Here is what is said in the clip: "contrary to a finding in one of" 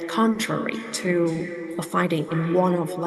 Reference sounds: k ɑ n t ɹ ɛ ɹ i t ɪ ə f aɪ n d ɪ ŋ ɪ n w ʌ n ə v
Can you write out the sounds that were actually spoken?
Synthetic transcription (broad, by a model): k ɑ n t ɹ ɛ ɹ i t ɪ ə f aɪ d ɪ ŋ ɪ n w ʌ n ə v